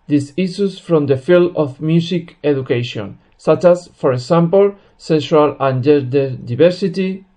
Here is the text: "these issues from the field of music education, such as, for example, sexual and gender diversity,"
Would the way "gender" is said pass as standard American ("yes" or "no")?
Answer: no